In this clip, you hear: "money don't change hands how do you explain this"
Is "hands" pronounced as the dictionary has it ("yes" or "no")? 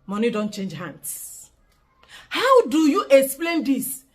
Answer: no